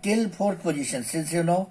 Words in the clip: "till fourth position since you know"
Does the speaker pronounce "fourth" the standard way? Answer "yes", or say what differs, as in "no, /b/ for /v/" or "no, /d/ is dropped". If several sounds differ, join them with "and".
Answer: no, /p/ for /f/ and /t/ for /θ/